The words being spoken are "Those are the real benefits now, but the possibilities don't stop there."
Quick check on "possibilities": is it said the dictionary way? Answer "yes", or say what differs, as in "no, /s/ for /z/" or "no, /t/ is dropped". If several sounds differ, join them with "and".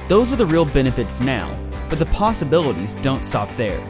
yes